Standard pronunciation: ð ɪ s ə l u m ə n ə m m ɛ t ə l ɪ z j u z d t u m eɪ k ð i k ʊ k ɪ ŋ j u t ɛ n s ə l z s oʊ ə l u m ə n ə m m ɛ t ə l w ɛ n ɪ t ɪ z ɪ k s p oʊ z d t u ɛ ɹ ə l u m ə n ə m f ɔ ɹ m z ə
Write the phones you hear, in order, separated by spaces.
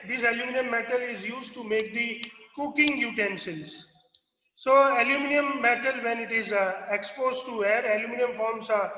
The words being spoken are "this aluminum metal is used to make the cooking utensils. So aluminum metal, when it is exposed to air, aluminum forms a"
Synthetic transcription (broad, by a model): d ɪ s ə l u m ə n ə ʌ m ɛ t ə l ɪ z j u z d t u m eɪ k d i k ʊ k ɪ ŋ j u t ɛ n ʃ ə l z s oʊ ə l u m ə n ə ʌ m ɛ t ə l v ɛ n ɪ t ɪ z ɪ k s p oʊ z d t u ɛ ɹ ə l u m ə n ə m f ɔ ɹ m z